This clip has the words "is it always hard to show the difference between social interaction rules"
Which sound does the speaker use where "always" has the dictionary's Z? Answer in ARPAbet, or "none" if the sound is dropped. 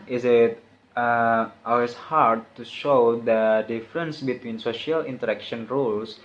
S